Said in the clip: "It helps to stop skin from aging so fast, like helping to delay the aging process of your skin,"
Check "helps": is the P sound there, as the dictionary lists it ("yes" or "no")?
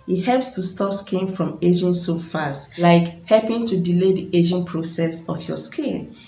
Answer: yes